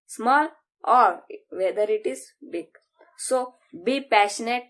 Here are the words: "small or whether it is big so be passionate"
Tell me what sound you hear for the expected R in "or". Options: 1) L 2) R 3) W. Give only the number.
2